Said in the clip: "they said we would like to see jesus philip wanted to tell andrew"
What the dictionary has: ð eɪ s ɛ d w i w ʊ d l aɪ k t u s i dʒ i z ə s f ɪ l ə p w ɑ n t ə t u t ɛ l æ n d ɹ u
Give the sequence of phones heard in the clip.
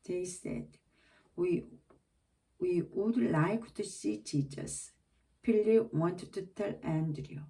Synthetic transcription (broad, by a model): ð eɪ s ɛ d w i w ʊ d l aɪ k t u s i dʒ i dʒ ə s p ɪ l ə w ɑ n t t u t ɛ l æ n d ɹ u